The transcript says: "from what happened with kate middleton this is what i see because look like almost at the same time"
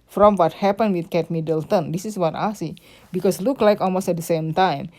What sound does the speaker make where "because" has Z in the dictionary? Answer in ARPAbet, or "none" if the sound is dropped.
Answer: S